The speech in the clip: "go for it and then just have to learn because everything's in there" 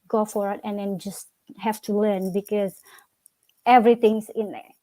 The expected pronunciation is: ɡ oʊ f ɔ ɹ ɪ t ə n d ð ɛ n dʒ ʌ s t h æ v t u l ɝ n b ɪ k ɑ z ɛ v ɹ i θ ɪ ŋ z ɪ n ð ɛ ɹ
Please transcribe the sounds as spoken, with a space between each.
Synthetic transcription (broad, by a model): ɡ oʊ f ɔ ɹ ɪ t ə n d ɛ n dʒ ʌ s t h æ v t u l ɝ n b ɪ k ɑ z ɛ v ɹ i t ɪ ŋ s ɪ n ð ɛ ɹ